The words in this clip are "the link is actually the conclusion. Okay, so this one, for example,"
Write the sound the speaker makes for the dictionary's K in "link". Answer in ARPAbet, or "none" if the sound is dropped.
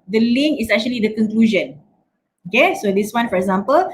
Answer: none